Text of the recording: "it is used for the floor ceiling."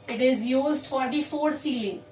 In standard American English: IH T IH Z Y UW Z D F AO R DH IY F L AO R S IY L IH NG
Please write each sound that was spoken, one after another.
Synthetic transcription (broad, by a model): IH T IH Z Y UW Z D F AO R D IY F AO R S IY L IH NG